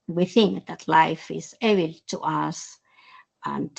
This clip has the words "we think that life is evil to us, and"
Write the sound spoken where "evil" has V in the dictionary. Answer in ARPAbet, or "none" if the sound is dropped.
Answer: B